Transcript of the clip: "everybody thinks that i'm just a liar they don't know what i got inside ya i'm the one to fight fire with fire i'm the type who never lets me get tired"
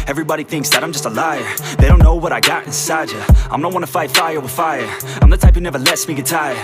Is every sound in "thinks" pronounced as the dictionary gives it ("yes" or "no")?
yes